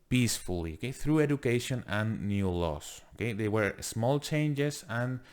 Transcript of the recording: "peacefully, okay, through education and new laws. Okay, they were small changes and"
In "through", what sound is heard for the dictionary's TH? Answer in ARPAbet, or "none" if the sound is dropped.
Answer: TH